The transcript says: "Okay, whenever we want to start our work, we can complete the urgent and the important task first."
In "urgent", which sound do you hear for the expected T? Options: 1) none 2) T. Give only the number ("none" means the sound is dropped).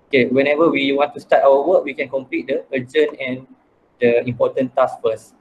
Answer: 1